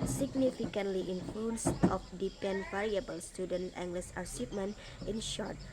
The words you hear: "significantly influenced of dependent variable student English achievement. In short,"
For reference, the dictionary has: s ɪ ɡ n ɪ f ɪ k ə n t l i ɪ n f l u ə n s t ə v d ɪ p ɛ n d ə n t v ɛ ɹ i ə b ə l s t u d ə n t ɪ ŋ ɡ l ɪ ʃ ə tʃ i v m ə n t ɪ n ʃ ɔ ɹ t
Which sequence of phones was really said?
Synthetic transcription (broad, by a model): s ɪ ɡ n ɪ f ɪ k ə n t l i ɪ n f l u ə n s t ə f d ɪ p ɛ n n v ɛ ɹ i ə b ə l s t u d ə n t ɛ ŋ ɡ l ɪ s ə s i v m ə n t ɪ n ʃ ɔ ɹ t